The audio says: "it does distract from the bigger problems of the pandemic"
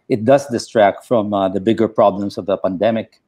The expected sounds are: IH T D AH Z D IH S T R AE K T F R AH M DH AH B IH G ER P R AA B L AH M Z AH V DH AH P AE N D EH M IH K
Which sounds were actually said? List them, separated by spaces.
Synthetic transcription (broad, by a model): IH T D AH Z D IH S T R AE K T F R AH M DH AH B IH G ER P R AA B L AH M S AH V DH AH P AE N D EH M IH K